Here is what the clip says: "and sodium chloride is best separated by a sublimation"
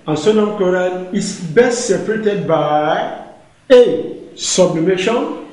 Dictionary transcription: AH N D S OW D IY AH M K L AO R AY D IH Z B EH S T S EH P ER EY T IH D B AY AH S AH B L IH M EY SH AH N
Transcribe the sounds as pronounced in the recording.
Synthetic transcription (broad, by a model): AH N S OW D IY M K AO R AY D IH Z B EH S T S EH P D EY T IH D B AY AH S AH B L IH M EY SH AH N